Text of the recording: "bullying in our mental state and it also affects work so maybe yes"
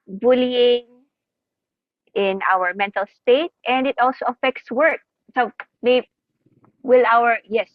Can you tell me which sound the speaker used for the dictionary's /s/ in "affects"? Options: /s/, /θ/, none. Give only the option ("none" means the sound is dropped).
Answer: /s/